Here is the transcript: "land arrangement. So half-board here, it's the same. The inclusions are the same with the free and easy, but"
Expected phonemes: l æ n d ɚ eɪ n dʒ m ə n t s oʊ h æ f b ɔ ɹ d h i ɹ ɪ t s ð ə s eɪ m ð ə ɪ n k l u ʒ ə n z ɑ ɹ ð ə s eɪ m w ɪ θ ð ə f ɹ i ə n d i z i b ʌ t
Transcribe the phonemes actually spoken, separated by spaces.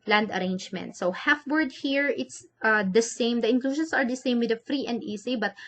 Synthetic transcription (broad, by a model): l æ n d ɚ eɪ n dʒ m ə n t s oʊ h æ f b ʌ ɹ d h i ɹ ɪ t s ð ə s eɪ m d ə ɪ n k l u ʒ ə n s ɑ ɹ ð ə s eɪ m w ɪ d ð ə f ɹ i ə n d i s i b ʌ t